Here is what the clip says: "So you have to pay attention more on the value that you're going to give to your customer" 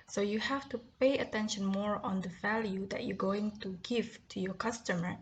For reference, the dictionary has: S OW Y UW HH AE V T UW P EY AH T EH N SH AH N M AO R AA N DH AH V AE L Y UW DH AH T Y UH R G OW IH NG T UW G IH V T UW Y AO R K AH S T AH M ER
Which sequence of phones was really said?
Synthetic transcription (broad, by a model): S OW Y UW HH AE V T UW P EY AH T EH N SH AH N M AO R AA N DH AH V AE L Y UW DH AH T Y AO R G OW IH NG T UW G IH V T UW Y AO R K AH S T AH M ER